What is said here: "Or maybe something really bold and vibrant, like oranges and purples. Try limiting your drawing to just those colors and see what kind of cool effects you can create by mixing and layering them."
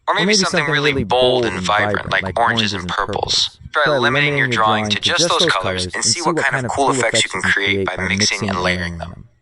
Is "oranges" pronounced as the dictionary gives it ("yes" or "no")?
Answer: yes